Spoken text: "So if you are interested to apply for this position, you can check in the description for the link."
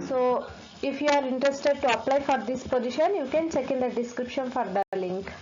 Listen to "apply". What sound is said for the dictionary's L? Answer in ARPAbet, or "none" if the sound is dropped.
L